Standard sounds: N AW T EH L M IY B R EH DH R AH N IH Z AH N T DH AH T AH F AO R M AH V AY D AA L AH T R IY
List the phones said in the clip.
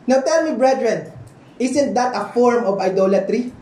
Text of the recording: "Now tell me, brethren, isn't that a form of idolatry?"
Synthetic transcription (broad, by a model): N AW T EH L M IY B R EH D R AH N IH S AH N T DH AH T AH F AO R M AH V AY D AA L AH T R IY